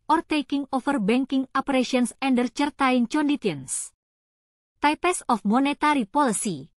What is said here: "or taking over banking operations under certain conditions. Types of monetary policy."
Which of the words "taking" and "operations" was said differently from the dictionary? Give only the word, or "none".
operations